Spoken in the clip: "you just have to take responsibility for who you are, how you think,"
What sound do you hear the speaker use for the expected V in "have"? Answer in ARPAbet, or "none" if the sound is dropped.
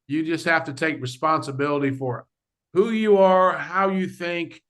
F